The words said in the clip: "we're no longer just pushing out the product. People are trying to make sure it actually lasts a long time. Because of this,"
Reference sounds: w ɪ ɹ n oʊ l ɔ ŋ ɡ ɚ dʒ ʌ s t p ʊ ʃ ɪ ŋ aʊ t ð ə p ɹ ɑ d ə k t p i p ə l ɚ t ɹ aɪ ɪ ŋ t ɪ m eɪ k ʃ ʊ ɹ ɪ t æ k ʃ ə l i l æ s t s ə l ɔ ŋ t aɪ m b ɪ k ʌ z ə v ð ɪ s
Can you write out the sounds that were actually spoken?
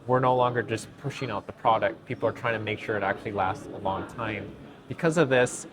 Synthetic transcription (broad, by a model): w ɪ ɹ n oʊ l ɔ ŋ ɡ ɚ dʒ ʌ s p ʊ ʃ ɪ ŋ aʊ t ð ə p ɹ ɑ d ə k t p i p l ɚ t ɹ aɪ ɪ ŋ t ɪ m eɪ k ʃ ʊ ɹ ɪ t æ k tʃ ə l i l æ s t s ə l ɔ ŋ t aɪ m b ɪ k ʌ z ə v ð ɪ s